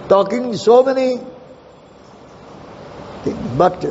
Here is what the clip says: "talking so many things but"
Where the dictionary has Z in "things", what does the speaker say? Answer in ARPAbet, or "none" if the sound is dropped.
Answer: none